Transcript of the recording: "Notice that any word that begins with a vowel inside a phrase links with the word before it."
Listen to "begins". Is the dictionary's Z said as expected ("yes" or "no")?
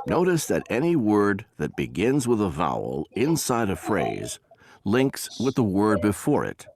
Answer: yes